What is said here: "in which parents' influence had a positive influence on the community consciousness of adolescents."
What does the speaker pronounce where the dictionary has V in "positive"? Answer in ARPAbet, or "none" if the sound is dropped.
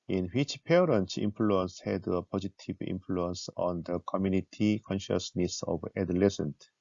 B